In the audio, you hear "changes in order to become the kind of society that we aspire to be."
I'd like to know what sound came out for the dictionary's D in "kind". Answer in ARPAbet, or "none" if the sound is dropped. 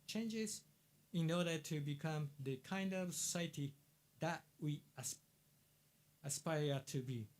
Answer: D